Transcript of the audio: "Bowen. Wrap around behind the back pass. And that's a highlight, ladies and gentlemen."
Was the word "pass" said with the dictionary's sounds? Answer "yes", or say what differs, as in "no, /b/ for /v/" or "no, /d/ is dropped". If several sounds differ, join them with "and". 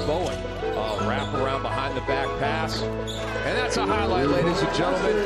yes